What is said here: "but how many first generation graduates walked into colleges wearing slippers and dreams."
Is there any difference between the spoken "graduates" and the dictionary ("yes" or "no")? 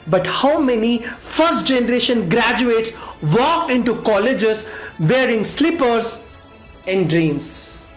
no